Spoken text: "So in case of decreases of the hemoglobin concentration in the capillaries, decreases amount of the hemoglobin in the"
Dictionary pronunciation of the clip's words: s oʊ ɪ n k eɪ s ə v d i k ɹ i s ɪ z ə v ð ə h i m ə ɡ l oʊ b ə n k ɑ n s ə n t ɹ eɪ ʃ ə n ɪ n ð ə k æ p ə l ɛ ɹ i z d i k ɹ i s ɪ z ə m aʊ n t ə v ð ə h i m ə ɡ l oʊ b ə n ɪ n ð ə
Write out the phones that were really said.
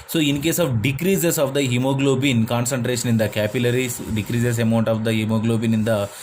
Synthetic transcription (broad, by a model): s oʊ ɪ n k eɪ s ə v d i k ɹ i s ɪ s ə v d ə h i m ə ɡ l oʊ b ə n k ɑ n s ə n t ɹ eɪ ʃ ə n ɪ n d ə k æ p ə l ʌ ɹ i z d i k ɹ i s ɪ s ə m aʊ n t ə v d ə h i m ə ɡ l oʊ b ə n ɪ n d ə